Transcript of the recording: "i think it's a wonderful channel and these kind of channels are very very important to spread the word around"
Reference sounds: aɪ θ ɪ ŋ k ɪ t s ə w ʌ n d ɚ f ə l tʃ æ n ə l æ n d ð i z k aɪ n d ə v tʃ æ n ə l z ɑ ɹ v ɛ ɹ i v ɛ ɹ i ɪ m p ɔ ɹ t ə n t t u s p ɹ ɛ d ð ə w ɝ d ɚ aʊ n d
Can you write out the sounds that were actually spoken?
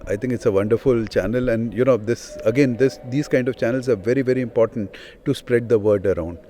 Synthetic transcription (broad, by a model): aɪ t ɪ ŋ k ɪ t s ə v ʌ n d ɚ f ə l tʃ æ n ə l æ n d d i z k aɪ n d ə v tʃ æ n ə l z ɑ ɹ v ɛ ɹ i v ɛ ɹ i ɪ m p ɔ ɹ t ə n t t u s p ɹ ɛ d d ə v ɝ d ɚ aʊ n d